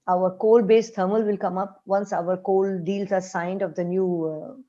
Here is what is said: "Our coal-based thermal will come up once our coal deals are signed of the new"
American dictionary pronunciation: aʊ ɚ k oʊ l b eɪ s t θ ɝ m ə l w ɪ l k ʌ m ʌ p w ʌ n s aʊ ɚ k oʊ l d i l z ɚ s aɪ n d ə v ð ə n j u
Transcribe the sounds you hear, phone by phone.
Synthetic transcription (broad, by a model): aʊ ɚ k oʊ l b eɪ s t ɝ m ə l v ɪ l k ʌ m ʌ p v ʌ n s aʊ ɚ k oʊ l d i l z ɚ s aɪ n d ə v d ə n j u